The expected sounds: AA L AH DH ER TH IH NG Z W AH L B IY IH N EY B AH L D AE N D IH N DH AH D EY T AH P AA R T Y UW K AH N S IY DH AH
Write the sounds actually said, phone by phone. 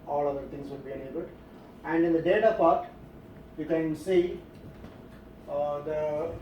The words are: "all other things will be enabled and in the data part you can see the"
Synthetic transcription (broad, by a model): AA L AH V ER T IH NG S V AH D B IY IH N EY B AH L D AE N D IH N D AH D EY T AH P AA R T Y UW K AH N S IY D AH